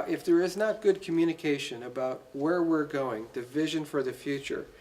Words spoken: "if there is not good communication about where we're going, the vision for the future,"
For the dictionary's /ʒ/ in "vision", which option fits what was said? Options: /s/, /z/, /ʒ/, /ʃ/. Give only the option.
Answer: /ʒ/